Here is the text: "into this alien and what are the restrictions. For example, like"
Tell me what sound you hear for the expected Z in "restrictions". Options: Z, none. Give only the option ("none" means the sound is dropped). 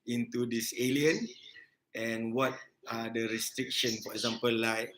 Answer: none